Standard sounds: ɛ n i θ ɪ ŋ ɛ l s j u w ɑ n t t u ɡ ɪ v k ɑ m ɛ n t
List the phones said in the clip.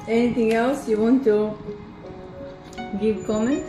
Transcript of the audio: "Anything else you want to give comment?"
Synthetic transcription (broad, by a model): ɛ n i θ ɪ ŋ ɛ l s j u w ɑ n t t u ɡ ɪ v k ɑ m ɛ n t